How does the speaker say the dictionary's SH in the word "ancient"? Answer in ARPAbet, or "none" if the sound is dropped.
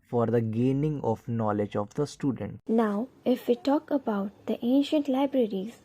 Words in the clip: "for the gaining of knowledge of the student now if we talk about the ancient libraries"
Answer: SH